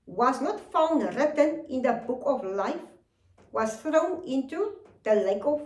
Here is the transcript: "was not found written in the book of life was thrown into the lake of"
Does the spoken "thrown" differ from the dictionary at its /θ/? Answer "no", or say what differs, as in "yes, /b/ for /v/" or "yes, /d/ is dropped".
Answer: no